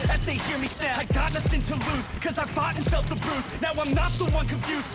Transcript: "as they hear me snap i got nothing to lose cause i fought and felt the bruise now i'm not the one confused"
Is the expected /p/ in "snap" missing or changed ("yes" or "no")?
yes